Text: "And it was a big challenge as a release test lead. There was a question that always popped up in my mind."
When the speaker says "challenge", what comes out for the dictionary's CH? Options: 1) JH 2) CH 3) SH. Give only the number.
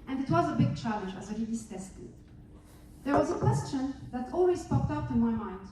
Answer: 2